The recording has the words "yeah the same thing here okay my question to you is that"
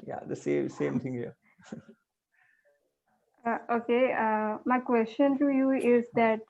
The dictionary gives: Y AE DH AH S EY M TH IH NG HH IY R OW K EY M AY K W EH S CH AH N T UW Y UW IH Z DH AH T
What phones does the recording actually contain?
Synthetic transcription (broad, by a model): Y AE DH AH S EY M T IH NG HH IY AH OW K EY M AY K W EH S CH AH N T UW Y UW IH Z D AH T